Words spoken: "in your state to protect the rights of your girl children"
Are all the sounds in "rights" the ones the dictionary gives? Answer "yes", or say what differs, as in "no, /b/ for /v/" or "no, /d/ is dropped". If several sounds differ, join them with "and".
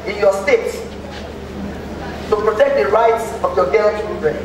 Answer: yes